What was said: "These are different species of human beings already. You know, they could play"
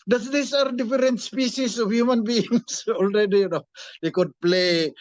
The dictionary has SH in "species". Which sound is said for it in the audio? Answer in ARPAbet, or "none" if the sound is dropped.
S